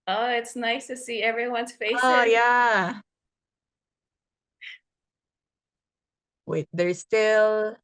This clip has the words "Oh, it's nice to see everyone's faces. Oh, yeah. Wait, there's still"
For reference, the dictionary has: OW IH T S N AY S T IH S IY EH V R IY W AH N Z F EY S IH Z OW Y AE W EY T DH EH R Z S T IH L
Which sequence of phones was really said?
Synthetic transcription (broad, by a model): OW IH T S N AY S T IH S IY EH V R IY W AH N Z F EY IH S OW Y AE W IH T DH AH R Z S T IH L